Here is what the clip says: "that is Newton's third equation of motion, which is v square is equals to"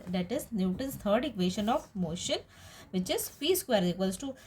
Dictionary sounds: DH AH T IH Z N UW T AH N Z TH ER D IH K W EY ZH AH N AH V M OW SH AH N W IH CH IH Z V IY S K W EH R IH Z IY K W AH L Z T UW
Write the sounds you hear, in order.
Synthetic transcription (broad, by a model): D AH T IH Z N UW T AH N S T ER D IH K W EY SH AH N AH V M OW SH AH N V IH CH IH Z F IY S K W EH R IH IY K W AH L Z T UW